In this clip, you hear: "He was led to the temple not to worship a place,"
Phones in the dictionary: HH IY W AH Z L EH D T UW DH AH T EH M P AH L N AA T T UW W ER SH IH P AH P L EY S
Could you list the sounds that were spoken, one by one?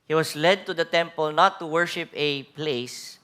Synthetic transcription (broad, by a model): HH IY W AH S L EH D T UW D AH T EH M P AH L N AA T T UW W ER SH IH P AH P L EY S